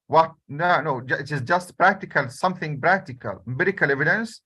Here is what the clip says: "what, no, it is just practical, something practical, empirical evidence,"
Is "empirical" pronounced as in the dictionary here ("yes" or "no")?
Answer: no